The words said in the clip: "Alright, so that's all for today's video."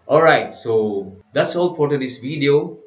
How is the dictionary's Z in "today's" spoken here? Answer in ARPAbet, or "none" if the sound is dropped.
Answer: S